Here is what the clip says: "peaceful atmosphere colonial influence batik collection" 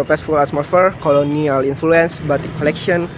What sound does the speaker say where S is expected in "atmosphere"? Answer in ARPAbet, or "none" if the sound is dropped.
none